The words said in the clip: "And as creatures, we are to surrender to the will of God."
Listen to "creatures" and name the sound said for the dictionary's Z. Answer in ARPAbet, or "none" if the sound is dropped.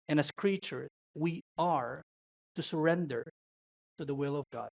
none